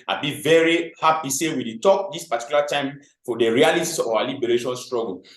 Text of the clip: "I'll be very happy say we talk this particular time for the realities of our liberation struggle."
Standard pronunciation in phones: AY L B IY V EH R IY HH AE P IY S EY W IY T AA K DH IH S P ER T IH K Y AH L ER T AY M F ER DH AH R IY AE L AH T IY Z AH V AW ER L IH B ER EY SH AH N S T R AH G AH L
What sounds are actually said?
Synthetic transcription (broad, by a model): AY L B IY V EH R IY HH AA P IY S EY W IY T AA K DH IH S P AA T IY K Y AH L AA T AY M F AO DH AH R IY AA L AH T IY AH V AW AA L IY B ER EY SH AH N S T R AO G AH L